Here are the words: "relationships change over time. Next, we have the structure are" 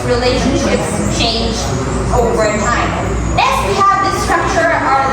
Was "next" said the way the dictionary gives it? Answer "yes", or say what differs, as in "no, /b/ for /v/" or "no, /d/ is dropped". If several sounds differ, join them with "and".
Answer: no, /k/ is dropped